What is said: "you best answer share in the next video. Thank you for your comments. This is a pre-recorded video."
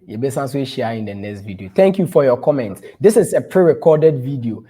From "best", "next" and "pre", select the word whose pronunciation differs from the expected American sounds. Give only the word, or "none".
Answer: best